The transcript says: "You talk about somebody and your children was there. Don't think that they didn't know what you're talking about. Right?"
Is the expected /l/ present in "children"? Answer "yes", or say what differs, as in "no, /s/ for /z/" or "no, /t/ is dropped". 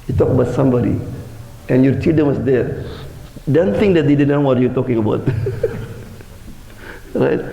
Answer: no, /l/ is dropped